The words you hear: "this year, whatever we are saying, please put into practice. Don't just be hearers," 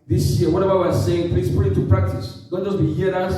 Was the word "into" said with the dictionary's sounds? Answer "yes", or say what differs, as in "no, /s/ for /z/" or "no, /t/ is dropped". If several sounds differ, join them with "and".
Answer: no, /n/ is dropped